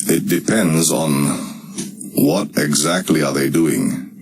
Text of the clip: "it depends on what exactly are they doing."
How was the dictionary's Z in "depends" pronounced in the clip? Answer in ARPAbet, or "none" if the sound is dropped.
Z